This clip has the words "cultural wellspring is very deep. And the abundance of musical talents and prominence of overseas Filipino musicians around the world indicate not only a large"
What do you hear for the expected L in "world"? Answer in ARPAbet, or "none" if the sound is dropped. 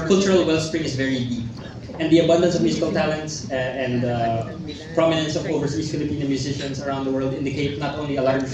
L